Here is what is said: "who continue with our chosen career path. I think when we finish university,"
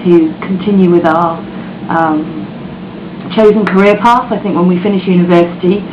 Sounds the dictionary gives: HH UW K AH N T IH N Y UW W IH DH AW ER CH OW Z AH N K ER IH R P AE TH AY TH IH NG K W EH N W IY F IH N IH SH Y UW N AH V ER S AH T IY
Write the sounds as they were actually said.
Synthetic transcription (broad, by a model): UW K AH N T IH N Y UW W IH DH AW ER CH OW Z AH N K ER IH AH P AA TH AY TH IH NG K W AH N W IY F IH N IH SH Y UW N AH V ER S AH T IY